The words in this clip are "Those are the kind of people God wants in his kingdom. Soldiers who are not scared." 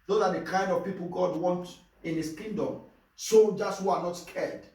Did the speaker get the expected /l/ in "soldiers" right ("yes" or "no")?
no